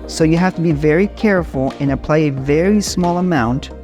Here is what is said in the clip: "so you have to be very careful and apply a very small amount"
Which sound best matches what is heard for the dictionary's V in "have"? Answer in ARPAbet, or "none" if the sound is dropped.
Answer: F